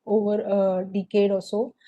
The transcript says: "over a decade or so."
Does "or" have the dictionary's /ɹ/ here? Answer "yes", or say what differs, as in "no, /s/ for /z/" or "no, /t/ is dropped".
no, /l/ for /ɹ/